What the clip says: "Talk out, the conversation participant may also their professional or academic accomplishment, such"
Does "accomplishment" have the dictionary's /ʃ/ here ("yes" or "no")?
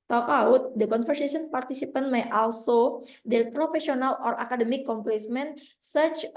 no